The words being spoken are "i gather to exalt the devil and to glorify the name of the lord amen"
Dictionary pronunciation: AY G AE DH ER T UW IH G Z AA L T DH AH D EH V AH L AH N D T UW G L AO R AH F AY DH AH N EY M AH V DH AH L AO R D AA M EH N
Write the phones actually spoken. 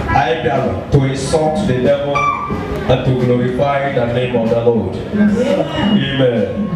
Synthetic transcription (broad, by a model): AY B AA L T UW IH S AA T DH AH D EH V AH L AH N T UW G L AO R AH F AY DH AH N EY M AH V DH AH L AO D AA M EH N